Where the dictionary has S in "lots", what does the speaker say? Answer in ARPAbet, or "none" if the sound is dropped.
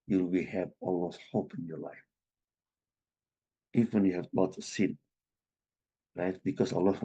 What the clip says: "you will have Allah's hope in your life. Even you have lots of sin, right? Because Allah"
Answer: none